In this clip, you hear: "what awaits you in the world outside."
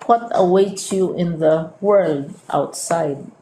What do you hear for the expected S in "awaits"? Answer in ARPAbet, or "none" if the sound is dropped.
none